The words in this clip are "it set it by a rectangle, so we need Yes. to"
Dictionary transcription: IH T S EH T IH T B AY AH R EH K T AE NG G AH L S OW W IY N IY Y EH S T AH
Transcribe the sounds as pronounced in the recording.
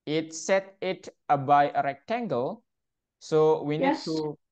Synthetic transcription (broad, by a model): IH T S EH T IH T B AY AH R EH K T AE NG G AH L S OW W IY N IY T